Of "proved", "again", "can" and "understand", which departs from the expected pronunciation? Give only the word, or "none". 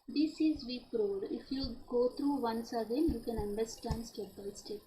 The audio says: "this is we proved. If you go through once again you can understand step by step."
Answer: proved